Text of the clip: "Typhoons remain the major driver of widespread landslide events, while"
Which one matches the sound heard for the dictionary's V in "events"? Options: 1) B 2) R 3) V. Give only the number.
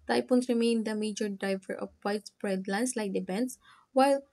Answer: 1